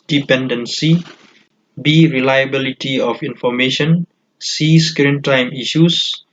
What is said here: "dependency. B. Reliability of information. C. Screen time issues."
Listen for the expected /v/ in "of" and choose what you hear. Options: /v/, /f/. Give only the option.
/f/